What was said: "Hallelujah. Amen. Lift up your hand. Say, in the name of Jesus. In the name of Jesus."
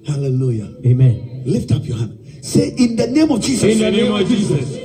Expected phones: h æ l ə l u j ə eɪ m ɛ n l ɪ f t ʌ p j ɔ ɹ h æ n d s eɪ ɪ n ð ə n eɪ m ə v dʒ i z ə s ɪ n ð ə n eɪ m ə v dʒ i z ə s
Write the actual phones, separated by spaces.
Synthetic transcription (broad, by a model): h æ l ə l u j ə eɪ m ɛ n l ɪ f t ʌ p j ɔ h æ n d s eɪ ɪ n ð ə n eɪ m ə v dʒ i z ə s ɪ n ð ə n eɪ m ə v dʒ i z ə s